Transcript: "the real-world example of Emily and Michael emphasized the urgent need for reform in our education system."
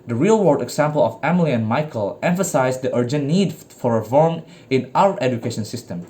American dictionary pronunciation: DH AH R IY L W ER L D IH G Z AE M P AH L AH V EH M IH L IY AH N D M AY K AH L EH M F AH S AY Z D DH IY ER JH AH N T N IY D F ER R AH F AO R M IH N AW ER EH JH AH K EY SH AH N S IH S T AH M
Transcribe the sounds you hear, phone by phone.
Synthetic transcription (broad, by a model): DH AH R IY L W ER D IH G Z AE M P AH L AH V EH M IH L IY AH N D M AY K AH L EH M F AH S AY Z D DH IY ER JH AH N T N IY D F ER R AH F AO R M IH N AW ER EH JH AH K EY SH AH N S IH S T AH M